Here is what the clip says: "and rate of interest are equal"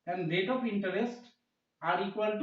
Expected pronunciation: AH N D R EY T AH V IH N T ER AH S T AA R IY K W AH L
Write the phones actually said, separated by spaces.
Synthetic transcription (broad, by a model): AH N D L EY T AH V IH N T ER AH S T AA R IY K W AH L